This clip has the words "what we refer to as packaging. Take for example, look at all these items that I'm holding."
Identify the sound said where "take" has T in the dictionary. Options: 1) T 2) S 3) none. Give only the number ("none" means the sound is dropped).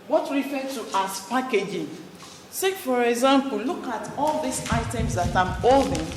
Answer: 2